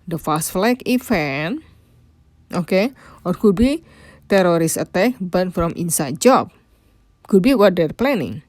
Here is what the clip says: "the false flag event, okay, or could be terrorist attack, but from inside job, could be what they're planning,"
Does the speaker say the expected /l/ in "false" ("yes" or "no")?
no